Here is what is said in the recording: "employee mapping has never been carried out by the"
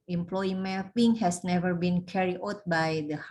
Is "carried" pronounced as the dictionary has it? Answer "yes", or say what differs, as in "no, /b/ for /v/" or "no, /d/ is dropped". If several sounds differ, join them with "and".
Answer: no, /d/ is dropped